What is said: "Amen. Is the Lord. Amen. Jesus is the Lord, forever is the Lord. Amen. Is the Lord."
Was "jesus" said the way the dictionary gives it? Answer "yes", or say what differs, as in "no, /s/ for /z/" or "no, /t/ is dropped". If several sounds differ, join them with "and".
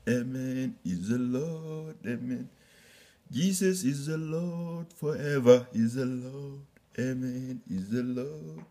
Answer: no, /s/ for /z/